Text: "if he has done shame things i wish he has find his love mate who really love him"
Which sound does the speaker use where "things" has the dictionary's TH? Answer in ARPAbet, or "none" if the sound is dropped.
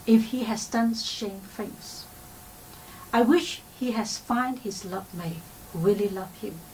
F